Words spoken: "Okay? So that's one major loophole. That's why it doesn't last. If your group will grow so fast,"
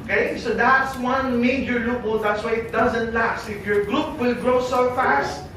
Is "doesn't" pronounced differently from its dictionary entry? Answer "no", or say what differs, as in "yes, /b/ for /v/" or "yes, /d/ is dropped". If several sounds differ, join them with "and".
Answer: no